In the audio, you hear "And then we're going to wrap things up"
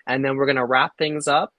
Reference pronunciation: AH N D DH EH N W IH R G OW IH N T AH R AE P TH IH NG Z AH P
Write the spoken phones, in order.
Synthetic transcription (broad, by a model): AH N DH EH N W IH R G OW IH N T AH R AE P TH IH NG Z AH P